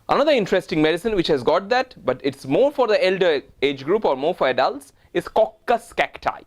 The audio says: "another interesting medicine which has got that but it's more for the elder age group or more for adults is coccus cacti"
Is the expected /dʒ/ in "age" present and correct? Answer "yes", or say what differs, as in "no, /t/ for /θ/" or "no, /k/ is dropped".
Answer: yes